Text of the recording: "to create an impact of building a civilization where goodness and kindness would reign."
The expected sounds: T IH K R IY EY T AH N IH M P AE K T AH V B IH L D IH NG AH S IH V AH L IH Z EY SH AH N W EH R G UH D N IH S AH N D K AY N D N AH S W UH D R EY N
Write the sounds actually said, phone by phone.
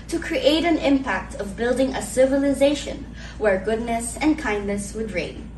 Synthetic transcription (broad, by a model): T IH K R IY EY T AH N IH M P AE K T AH V B IH L D IH NG AH S IH V AH L IH Z EY SH AH N W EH R G UH D N IH S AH N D K AY N D N AH S W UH D R EY N